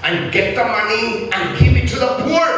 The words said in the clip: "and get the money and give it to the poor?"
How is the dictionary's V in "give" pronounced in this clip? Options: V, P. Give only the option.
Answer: P